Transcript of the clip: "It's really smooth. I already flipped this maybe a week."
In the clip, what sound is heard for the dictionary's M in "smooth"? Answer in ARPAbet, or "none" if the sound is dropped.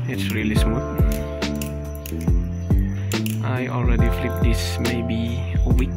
none